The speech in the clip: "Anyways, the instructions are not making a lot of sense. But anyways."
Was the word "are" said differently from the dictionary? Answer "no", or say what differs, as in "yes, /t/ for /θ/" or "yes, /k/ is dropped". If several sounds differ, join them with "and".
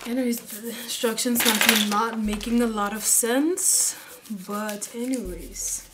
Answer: yes, /l/ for /ɹ/